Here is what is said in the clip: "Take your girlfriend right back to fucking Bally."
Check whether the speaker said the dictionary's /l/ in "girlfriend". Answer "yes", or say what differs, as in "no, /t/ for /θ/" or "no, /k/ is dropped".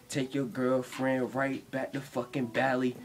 yes